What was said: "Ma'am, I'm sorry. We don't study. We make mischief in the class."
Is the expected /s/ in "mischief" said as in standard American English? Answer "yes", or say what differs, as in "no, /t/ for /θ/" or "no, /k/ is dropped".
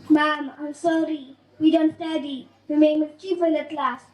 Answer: no, /s/ is dropped